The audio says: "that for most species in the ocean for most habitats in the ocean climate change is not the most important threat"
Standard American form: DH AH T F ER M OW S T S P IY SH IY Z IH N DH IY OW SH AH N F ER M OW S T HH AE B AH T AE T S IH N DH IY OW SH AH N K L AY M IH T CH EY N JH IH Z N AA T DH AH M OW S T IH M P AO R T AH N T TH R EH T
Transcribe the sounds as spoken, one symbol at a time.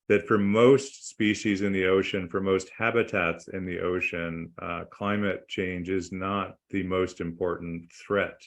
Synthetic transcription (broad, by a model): DH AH T F ER M OW S T S P IY SH IY Z IH N DH IY OW SH AH N F ER M OW S T HH AE B AH T AE T S IH N DH IY OW SH AH N K L AY M IH T CH EY N JH IH Z N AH T DH AH M OW S T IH M P AO R T N TH R EH T